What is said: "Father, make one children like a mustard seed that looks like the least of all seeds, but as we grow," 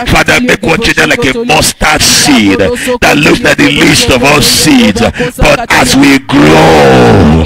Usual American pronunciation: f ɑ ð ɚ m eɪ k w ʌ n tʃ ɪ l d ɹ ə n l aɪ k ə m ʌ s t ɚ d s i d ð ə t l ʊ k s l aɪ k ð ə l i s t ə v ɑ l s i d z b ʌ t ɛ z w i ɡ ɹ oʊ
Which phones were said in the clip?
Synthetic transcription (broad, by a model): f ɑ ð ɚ m eɪ k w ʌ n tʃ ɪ d ə l aɪ k ə m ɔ s t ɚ s i d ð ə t l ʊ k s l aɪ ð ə l i s t ə v ɑ l s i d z b ʌ t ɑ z w i ɡ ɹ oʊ